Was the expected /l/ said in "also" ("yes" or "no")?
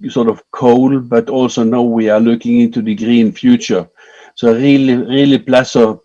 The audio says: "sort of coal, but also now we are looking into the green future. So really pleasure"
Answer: yes